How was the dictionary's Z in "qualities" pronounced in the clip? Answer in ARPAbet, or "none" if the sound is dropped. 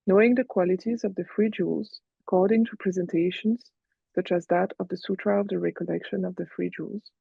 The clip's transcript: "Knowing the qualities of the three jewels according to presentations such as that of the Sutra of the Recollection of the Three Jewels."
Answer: Z